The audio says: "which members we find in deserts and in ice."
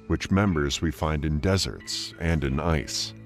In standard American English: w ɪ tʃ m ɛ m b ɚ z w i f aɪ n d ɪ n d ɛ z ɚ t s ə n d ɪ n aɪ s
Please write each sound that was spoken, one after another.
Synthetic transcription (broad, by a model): w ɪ tʃ m ɛ m b ɚ z w i f aɪ n d ɪ n d ɛ z ɚ t s ə n d ɪ n aɪ s